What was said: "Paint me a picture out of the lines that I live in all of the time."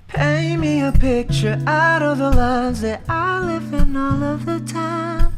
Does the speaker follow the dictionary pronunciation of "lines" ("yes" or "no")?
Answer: yes